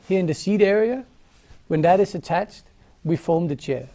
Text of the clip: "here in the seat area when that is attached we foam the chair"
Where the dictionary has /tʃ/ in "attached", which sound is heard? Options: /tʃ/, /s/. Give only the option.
/tʃ/